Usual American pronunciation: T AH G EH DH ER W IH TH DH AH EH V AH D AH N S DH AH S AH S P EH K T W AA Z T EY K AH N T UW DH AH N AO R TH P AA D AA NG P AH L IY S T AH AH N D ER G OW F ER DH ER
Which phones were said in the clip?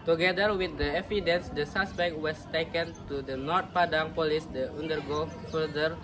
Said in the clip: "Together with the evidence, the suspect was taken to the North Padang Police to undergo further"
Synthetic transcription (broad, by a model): T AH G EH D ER W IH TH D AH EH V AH D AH N S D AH S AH S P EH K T W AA S T EY K AH N T UW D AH N AO R T P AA D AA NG P AH L IY S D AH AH N D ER G OW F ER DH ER